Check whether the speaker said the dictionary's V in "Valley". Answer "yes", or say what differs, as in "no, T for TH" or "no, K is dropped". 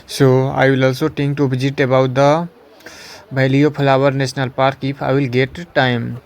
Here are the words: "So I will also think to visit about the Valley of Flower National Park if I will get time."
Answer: no, B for V